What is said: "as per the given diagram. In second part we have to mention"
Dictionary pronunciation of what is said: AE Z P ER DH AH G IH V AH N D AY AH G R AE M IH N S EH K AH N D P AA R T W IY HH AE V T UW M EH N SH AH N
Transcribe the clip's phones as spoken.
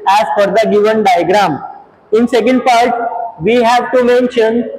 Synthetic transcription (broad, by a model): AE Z F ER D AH G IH V AH N D AY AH G R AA M IH N S EH K AH N D P AA R T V IY HH AE V T UW M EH N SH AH N